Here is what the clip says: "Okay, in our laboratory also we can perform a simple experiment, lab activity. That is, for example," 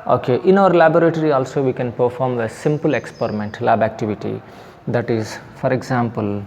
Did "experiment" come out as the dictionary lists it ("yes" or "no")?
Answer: yes